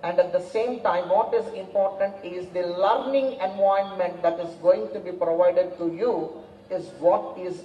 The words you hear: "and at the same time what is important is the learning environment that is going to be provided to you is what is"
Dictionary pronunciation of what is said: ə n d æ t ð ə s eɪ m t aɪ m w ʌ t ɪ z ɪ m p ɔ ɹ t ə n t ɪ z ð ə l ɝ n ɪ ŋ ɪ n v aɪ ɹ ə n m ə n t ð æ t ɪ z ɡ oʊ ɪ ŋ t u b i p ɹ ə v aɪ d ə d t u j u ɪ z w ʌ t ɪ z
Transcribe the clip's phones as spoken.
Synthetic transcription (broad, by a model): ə n d æ t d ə s eɪ m t aɪ m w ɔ t ɪ z ɪ m p ɔ ɹ t ə n t ɪ z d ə l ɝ n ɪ ŋ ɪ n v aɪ ə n m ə n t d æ t ɪ z ɡ oʊ ɪ ŋ t u b i p ɹ ə v aɪ d ə d t u j u ɪ z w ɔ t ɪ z